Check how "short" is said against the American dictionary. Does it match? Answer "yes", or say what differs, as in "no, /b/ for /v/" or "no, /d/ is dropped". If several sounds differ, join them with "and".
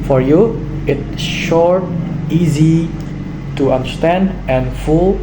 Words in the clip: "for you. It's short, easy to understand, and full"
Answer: yes